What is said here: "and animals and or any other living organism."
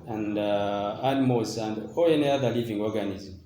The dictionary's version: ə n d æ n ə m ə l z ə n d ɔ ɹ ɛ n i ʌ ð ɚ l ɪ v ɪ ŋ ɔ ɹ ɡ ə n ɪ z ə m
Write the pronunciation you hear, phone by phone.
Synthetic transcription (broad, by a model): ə n d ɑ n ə m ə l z ə n d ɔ l ɛ n i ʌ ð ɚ l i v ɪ ŋ ɔ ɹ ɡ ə n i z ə m